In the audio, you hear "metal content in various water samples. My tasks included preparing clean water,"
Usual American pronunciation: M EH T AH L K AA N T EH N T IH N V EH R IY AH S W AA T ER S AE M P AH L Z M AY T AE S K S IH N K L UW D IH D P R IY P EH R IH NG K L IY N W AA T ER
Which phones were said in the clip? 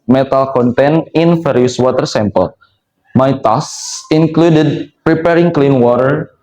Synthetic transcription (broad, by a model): M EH T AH L K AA N T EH N IH N F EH R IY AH S W AA T ER S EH M P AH L M AY T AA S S IH N K L UW D IH D P R IY P EH R IH NG K L IY N W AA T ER